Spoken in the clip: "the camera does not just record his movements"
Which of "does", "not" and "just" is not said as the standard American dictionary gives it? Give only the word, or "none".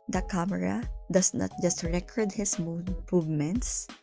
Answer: does